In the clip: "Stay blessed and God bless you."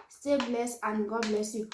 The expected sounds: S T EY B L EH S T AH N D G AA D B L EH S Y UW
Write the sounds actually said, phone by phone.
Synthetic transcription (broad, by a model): S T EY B L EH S AH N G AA B L EH S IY